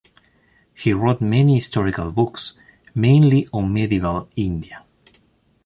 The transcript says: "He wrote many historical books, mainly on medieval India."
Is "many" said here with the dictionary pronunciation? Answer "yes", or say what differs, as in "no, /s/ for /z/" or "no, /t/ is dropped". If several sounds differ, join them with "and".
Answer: yes